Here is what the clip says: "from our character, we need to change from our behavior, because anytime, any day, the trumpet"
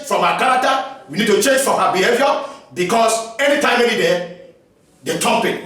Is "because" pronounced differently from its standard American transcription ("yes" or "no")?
yes